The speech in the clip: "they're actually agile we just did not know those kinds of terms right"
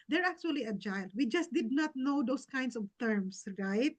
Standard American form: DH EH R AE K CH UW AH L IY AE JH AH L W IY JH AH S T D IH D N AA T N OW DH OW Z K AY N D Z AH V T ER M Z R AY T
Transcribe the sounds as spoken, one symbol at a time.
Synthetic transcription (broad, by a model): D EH R AE K CH UW AH L IY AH JH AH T W IY JH AH S T D IH D N AA T N OW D OW S K AY N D S AH V T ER M S R AY T